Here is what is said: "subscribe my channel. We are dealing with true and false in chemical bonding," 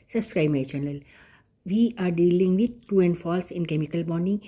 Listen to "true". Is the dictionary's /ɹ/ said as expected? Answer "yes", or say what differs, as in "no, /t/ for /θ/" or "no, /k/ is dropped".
no, /ɹ/ is dropped